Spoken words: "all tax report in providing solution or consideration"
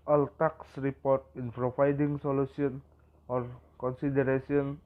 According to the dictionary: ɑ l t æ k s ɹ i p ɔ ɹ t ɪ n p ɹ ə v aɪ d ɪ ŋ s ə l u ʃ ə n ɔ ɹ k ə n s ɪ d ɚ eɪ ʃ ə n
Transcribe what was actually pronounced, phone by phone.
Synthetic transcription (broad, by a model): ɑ l t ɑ k s ɹ i p ɔ ɹ t ɪ n p ɹ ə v aɪ d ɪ ŋ s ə l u s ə n ɔ ɹ k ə n s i d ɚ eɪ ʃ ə n